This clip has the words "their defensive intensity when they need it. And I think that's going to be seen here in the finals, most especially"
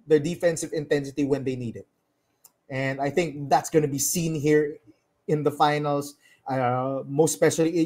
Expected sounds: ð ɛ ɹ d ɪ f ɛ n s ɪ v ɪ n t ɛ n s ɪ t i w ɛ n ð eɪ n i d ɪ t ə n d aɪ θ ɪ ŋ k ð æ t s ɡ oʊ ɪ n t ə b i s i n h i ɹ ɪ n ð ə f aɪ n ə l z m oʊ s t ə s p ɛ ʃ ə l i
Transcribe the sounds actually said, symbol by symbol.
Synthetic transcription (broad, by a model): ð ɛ ɹ d ɪ f ɛ n s ɪ v ɪ n t ɛ n s ɪ t i w ɛ n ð eɪ n i d ɪ t ə n d aɪ θ ɪ ŋ k ð æ t s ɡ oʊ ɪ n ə b i s i n h i ɹ ɪ n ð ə f aɪ n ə l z m oʊ s t s p ɛ ʃ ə l i